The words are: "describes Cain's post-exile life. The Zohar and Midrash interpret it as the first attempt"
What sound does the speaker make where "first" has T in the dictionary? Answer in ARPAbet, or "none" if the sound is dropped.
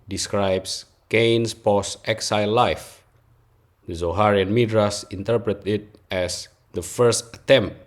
T